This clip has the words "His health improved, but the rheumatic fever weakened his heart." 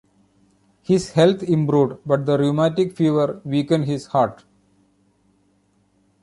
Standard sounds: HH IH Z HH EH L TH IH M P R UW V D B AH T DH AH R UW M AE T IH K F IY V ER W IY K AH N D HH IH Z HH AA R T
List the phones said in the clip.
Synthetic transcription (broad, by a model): HH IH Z HH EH L T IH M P R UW D B AH T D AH R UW M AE T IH K F IY V ER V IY K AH N D HH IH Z HH AA R T